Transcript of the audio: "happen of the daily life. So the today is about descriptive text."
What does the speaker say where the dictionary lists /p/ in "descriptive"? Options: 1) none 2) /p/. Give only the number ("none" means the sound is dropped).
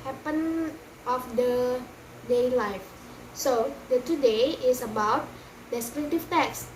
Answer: 1